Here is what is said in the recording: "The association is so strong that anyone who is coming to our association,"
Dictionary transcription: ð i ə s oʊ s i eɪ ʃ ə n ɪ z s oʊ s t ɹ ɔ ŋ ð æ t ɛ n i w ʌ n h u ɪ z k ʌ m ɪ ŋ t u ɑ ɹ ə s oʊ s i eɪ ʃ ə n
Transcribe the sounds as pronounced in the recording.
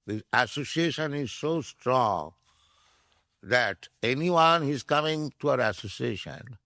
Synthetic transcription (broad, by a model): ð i ə s oʊ s i eɪ ʃ ə n ɪ z s oʊ s t ɹ ɔ ŋ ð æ t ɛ n i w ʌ n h ɪ z k ʌ m ɪ ŋ t u ɑ ɹ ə s oʊ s i eɪ ʃ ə n